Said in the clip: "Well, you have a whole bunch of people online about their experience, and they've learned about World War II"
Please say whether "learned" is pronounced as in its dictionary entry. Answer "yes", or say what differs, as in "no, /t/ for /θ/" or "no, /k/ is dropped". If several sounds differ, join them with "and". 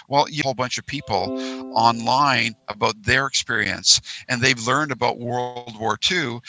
yes